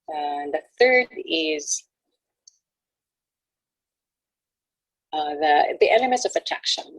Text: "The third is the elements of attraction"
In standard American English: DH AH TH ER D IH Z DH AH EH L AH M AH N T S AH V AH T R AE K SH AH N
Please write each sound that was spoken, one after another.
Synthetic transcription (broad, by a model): DH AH TH ER D IH Z DH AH EH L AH M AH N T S AH V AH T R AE K SH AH N